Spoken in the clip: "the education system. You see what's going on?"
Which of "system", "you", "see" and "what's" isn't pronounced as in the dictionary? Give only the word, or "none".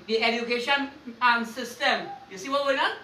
what's